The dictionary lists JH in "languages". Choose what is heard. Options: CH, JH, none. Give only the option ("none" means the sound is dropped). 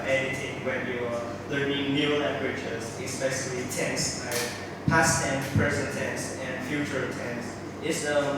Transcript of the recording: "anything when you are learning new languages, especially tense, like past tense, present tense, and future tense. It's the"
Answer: CH